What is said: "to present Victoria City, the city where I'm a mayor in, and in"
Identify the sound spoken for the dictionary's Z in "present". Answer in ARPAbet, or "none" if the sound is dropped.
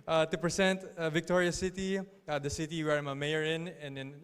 S